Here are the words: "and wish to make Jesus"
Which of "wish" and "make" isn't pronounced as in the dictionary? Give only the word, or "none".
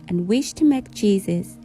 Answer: none